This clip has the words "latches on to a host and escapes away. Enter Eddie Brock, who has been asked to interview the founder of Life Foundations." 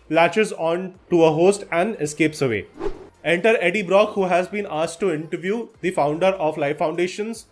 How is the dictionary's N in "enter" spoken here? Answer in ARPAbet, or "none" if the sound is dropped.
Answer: N